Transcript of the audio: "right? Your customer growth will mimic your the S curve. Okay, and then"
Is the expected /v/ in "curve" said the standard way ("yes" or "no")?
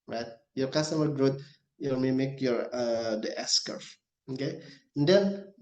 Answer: no